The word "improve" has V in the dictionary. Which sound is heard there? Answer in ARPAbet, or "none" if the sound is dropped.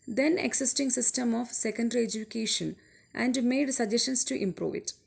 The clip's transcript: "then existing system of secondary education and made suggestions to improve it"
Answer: V